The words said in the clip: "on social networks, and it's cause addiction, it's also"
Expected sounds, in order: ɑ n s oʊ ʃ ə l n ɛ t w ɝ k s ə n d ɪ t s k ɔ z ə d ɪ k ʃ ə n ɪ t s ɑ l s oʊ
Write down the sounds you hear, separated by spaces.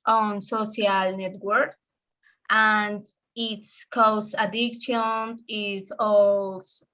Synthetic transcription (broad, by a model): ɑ n s oʊ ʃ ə l n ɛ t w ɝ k ə n d ɪ t s k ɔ s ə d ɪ k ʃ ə n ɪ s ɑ l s